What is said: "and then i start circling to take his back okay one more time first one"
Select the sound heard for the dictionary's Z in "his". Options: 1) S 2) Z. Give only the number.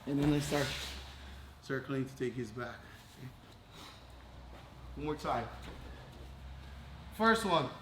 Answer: 2